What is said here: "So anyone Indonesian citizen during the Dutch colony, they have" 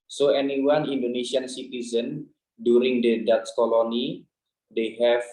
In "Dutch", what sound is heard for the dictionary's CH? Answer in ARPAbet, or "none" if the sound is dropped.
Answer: S